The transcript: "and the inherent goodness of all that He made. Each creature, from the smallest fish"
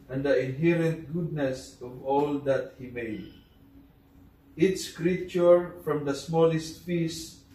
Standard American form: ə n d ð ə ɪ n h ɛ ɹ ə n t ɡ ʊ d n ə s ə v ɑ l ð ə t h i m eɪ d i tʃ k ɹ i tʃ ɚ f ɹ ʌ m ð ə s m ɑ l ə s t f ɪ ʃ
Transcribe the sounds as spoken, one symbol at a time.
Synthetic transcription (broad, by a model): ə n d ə ɪ n h ɛ ɹ ə n t ɡ ʊ d n ə s ə v ɑ l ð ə t h i m eɪ d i s k ɹ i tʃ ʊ f ɹ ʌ m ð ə s m ɑ l ə s t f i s